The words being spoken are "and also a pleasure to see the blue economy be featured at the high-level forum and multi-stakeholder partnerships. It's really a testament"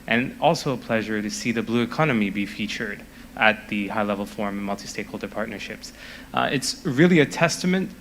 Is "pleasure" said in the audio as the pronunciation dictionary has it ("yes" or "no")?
yes